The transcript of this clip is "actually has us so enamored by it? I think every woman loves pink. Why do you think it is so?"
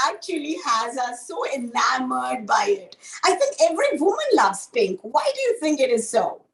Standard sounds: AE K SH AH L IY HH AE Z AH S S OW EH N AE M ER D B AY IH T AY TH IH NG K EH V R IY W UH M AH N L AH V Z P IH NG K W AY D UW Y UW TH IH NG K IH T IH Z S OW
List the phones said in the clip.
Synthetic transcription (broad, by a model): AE K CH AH L IY HH AE Z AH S S OW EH L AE M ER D B AY IH T AY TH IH NG K EH V R IY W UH M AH N L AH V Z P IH NG K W AY D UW Y UW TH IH NG K IH T IH Z S OW